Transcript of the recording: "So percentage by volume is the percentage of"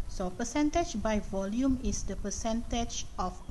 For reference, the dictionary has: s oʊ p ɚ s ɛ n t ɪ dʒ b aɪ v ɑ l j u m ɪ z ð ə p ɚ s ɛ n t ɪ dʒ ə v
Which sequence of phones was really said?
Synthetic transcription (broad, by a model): s oʊ p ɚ s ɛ n t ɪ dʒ b aɪ v ɑ l j u m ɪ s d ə p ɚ s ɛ n t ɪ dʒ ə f